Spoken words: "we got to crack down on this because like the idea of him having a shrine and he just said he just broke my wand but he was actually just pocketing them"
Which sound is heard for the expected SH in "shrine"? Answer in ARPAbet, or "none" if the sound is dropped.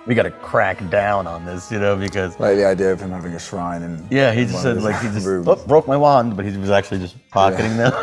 SH